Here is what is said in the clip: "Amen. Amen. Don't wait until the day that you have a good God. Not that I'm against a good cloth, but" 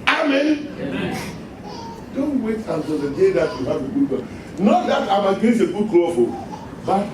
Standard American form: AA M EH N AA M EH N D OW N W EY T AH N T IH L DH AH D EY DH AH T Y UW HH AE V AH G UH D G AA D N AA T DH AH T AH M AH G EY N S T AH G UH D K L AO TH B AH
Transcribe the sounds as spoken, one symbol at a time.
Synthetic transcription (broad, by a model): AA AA M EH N D OW N W EY T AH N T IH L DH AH D EY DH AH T Y UW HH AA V AH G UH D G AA N AA T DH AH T AH M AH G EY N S AH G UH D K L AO F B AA